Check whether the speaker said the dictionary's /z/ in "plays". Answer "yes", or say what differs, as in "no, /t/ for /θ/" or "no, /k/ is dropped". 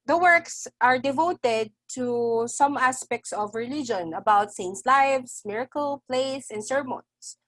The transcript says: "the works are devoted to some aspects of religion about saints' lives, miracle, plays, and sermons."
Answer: no, /s/ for /z/